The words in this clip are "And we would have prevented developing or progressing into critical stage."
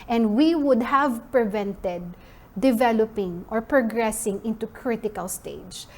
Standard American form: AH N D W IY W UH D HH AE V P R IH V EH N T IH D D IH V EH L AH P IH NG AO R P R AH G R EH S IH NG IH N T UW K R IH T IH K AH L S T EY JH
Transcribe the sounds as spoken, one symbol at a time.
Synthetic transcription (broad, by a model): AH N D W IY W UH D HH AE V P R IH V EH N T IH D D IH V EH L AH P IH NG AO R P R AH G R EH S IH NG IH N T UW K R IH T IH K AH L S T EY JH